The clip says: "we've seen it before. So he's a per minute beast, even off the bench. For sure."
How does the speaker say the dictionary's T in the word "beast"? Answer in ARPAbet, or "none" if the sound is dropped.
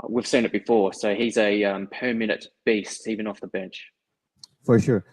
T